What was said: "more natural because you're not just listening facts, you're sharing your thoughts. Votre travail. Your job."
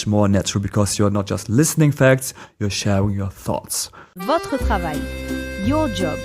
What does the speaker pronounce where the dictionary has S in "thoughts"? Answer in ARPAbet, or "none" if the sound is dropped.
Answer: S